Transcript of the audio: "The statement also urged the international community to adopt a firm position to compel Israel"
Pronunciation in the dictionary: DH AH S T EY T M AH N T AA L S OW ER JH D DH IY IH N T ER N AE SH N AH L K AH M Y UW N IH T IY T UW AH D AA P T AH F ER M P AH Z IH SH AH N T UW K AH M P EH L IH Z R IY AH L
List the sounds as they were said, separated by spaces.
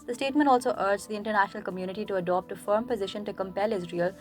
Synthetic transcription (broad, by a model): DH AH S T EY T M AH N T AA L S OW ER JH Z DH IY IH N T ER N AE SH N AH L K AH M Y UW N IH T IY T UW AH D AA P T AH F ER M P AH Z IH SH AH N T UW K AH M P EH L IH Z R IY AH L